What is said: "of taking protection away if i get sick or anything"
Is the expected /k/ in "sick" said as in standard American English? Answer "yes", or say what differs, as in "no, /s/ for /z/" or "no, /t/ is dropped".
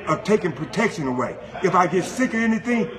yes